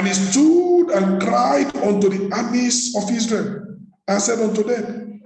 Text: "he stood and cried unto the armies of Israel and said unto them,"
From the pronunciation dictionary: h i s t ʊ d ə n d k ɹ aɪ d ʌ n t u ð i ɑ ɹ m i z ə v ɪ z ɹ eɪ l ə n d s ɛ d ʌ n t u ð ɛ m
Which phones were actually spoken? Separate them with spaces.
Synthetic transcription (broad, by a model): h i s t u d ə n k ɹ aɪ d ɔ n t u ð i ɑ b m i s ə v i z ɹ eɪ l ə n s ɛ d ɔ n t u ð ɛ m